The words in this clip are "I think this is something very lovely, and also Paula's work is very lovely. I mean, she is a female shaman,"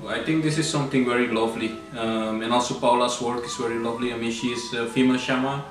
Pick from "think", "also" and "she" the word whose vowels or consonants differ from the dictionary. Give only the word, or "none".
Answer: think